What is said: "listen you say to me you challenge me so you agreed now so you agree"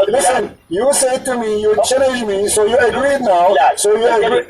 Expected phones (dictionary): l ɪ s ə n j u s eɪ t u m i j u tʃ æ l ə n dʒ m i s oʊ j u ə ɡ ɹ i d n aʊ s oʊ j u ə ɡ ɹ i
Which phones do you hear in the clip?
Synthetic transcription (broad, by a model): l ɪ s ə n j u s eɪ t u m i j u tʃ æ n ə dʒ m i s oʊ j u ə ɡ ɹ i d n aʊ s oʊ j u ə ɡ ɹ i